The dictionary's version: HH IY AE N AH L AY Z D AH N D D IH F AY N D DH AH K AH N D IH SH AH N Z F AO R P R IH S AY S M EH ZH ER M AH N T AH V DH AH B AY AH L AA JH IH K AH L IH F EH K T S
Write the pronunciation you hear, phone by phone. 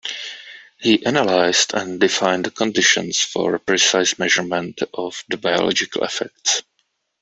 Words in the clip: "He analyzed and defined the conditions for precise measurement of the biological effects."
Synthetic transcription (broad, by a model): HH IY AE N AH L AY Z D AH N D D IH F AY N D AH K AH N D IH SH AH N S F AO R P R IH S AY S M EH ZH ER M AH N T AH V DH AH B AY AH L AA JH IH K AH L IH F EH K T S